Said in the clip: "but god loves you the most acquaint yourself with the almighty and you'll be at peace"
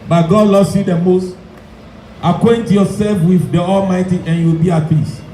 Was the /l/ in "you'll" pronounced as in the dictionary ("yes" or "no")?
no